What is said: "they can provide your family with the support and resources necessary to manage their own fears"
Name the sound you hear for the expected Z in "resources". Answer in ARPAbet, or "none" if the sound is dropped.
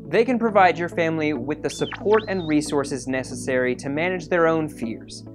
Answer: Z